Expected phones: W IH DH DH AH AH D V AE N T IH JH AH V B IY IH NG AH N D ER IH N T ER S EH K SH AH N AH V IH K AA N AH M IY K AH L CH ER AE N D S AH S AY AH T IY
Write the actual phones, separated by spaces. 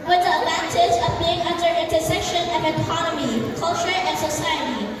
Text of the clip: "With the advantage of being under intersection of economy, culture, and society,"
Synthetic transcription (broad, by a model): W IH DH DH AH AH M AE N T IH Z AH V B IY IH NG AH N D ER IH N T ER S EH SH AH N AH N IH K AA N AH M IY K AH L CH ER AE N S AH S AY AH T IY